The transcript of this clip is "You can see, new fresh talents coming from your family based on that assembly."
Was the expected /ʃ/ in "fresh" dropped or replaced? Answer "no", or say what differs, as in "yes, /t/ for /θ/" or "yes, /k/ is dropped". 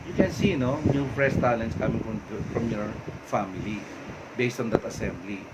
yes, /s/ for /ʃ/